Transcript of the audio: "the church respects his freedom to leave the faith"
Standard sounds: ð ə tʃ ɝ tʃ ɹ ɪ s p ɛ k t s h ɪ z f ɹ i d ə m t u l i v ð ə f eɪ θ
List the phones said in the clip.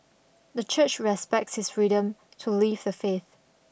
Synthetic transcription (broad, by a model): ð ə tʃ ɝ tʃ ɹ ɪ s p ɛ k t s h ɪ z f ɹ i d ə m t u l i v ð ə f eɪ θ